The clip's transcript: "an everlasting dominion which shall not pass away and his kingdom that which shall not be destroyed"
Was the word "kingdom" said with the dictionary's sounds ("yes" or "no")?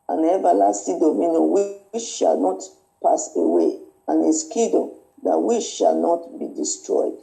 no